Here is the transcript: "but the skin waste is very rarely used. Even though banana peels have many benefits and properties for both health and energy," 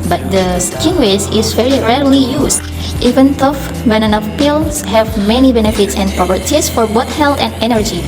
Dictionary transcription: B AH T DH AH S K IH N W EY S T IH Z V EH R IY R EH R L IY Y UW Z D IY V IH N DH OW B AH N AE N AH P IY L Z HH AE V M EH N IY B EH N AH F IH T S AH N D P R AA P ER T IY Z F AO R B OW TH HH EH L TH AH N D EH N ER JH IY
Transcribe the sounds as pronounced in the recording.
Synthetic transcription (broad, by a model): B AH T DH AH S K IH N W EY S IH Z V EH R IY R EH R L IY Y UW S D IY V IH N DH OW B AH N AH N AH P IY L S HH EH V M EH N IY B EH N AH F IH T S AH N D P R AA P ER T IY S F AO R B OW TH HH EH L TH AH N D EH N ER JH IY